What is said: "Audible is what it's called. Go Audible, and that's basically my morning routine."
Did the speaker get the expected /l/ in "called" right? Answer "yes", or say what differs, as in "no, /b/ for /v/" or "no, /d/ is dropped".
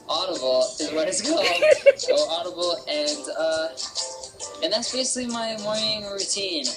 no, /l/ is dropped